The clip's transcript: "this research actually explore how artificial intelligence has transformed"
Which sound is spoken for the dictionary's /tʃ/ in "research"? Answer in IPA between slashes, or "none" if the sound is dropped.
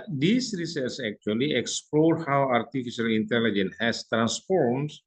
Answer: /s/